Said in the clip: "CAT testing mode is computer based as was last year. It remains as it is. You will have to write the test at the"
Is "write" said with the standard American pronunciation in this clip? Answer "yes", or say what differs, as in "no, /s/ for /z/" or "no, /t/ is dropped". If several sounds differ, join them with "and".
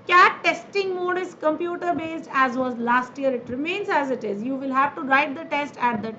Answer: yes